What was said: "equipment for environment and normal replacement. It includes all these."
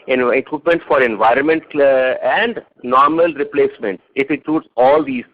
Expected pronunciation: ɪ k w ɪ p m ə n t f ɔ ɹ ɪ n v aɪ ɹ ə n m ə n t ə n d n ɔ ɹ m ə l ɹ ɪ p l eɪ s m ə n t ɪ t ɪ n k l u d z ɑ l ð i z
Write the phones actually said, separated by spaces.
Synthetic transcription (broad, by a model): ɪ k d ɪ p m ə n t f ɔ ɹ ɪ n v aɪ ɹ ə n m ə n t ə n d n ɔ ɹ m ə l ɹ ɪ p l eɪ s m ə n t ɪ t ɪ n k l u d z ɑ l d i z